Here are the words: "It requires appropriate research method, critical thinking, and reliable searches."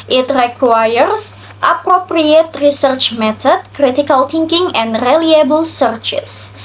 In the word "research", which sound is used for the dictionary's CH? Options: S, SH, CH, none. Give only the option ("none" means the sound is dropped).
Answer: CH